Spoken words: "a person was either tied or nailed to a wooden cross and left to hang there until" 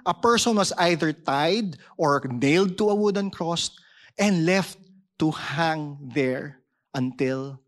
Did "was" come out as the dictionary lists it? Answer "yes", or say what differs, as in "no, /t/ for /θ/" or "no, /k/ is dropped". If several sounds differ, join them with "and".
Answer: no, /s/ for /z/